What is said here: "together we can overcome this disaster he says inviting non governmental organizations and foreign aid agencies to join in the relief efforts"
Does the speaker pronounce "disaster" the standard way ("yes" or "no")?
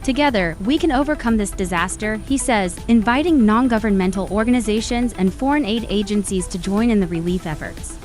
yes